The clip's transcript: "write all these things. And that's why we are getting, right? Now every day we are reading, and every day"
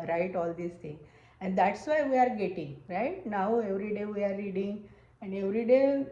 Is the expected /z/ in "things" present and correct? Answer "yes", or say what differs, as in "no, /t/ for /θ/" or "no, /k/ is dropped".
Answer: no, /z/ is dropped